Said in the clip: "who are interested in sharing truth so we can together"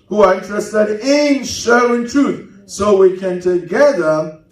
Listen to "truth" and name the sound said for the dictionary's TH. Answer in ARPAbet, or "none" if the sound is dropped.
TH